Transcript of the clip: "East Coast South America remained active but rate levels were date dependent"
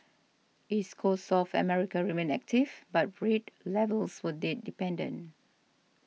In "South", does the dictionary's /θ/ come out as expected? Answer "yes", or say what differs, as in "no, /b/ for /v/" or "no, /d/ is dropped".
no, /f/ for /θ/